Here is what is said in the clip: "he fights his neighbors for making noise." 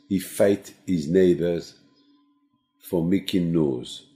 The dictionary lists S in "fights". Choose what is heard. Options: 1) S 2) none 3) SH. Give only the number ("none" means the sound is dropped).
2